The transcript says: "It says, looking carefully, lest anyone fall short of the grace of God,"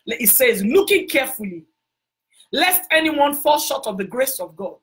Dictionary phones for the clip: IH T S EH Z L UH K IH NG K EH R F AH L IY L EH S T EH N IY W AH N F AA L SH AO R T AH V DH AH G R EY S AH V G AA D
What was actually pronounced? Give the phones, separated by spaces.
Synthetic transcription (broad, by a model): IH T S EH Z L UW K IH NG K EH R F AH L IY L EH S T EH N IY W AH N F AA L SH AO T AH V DH AH G R EY S AH V G AA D